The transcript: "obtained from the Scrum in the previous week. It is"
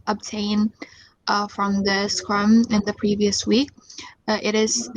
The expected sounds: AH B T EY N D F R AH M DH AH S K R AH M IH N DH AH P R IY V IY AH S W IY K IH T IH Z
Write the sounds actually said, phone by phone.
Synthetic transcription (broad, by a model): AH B T EY N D F R AH M DH AH S K R AH M IH N DH AH P R IY V IY AH S W IY K IH T IH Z